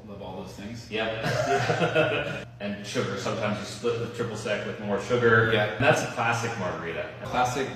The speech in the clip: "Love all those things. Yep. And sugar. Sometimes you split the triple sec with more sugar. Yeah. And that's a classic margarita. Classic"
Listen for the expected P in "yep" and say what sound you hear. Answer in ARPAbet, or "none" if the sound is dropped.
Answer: none